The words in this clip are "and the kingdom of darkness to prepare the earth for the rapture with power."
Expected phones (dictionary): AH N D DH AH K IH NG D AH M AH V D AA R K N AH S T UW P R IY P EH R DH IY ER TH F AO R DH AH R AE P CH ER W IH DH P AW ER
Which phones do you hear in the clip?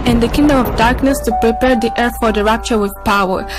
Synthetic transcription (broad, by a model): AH N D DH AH K IH NG D AH M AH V D AA R K N AH S T UW P R IY P EH R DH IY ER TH F AO R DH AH R AE P CH ER W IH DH P AW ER